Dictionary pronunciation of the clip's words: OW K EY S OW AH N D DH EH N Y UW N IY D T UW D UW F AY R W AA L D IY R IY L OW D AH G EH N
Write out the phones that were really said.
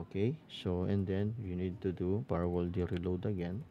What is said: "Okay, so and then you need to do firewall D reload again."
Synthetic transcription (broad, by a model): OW K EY S OW AH N D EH N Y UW N IY D T UW D UW P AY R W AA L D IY R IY L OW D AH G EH N